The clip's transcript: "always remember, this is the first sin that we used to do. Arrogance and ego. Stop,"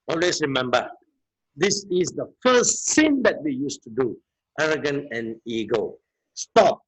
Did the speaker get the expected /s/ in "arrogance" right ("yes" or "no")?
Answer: no